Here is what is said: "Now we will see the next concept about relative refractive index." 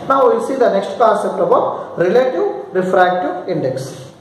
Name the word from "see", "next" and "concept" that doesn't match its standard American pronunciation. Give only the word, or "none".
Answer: concept